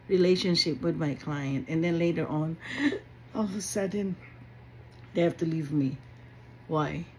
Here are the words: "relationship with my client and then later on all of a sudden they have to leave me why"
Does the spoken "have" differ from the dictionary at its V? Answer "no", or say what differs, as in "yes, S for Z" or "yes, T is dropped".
yes, F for V